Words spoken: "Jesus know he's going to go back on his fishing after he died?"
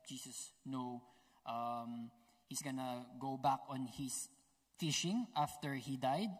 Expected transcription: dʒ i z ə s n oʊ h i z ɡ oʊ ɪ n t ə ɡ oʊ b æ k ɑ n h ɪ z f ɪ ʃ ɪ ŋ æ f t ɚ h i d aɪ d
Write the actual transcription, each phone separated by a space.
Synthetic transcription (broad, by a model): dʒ i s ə s n oʊ h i s ɡ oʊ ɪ n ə ɡ oʊ b æ k ɑ n h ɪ s f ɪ ʃ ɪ ŋ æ f t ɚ h i d aɪ d